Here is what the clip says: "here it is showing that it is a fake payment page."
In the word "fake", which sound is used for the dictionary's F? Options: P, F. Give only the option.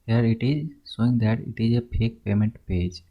P